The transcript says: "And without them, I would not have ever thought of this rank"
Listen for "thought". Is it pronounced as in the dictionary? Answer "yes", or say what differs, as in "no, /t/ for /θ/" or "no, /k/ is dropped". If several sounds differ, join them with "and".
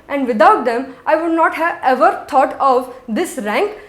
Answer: no, /t/ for /θ/